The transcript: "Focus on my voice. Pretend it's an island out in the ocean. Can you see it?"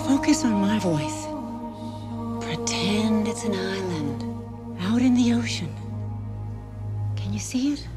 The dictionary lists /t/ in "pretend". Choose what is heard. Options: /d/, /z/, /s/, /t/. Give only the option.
/t/